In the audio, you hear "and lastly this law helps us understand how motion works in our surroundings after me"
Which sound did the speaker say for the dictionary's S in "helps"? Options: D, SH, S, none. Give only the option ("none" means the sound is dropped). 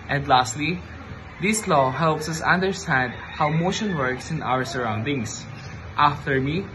S